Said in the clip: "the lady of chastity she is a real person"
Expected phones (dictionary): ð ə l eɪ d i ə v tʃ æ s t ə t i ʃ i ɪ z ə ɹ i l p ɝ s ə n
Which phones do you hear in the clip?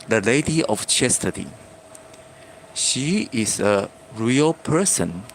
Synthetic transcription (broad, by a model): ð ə l eɪ d i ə f tʃ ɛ s t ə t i ʃ i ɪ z ə ɹ i l p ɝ s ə n